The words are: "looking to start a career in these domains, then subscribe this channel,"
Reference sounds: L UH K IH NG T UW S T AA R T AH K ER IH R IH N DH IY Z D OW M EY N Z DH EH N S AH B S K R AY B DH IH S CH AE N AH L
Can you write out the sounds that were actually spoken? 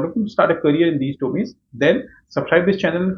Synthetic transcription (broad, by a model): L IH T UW S T AA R T AH K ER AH R IH N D IY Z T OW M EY Z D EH N S AH B S K R AY B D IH S CH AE N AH L